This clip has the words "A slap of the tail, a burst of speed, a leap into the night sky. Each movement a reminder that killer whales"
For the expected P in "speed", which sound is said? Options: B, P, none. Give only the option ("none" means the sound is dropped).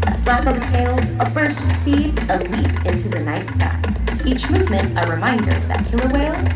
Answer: none